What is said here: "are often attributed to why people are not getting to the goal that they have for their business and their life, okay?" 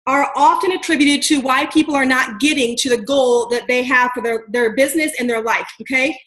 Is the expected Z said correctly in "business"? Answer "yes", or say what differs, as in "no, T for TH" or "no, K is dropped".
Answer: yes